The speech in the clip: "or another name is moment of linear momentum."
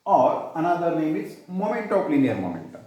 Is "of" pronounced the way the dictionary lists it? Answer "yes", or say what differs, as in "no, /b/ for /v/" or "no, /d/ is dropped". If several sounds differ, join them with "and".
no, /p/ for /v/